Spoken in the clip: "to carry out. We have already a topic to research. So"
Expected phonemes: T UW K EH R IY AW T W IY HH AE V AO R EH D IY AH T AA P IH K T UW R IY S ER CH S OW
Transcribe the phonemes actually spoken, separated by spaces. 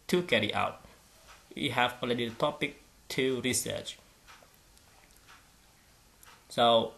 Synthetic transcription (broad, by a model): T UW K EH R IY AW T W IY HH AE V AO L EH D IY AH T AA P IH K T UW R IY S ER CH S OW